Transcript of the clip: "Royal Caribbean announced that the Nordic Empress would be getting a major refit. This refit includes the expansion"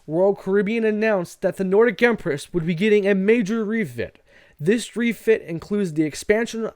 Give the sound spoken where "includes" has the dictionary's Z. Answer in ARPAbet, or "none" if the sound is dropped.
Z